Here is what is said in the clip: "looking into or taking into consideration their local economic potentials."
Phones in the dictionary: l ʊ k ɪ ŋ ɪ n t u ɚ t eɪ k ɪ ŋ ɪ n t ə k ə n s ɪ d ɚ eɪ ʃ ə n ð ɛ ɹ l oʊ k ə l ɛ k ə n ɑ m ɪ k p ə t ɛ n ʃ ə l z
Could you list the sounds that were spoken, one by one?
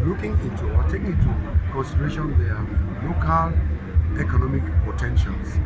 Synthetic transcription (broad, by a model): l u k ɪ ŋ ɪ n t u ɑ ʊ ɪ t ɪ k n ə k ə n s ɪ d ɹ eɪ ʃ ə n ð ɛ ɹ l oʊ k ə l ɛ k ə n ɑ m ɪ k p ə t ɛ n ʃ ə l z